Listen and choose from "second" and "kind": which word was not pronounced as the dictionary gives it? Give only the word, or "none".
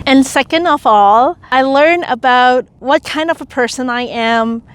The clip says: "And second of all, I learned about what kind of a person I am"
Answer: none